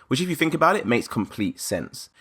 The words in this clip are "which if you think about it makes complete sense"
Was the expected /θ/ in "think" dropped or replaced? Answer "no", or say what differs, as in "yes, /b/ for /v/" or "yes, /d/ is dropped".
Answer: no